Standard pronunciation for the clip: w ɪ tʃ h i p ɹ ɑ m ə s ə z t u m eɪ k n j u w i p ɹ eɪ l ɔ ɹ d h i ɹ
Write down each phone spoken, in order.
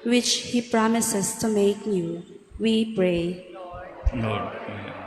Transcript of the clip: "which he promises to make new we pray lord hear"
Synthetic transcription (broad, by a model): w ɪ tʃ h i p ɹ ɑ m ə s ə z t u m eɪ k n j u w i p ɹ eɪ n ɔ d